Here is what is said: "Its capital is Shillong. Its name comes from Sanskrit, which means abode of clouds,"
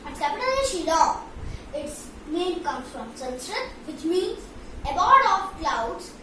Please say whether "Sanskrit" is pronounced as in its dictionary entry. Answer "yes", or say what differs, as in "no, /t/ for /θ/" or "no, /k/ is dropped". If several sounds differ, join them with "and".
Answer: no, /k/ is dropped